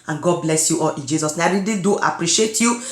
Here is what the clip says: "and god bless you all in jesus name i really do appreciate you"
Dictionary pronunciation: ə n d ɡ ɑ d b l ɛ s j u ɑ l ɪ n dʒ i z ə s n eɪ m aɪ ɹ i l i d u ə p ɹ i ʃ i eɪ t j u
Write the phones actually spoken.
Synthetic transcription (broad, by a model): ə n ɡ ɑ d b l ɛ s j u ɑ l ɪ n dʒ i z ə s n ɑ aɪ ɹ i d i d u ə p ɹ i ʃ i eɪ t j u